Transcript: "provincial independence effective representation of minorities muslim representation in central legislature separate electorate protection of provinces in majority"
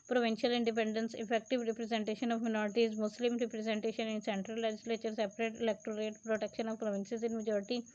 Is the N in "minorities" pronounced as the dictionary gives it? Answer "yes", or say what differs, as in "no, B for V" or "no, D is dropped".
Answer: yes